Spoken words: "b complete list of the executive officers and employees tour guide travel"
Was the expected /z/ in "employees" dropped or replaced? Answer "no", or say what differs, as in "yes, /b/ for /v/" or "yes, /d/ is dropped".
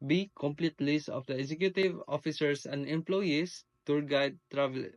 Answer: yes, /s/ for /z/